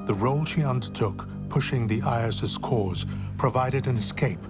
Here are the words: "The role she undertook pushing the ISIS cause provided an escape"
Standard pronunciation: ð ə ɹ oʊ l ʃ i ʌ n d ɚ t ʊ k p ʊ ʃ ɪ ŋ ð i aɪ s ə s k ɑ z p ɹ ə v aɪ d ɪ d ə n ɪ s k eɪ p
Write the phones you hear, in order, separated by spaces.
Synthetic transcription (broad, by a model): ð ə ɹ oʊ l ʃ i ʌ n d ɚ t ʊ k p ʊ ʃ ɪ ŋ ð i aɪ s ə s k ɑ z p ɹ ə v aɪ d ɪ d ə n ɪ s k eɪ p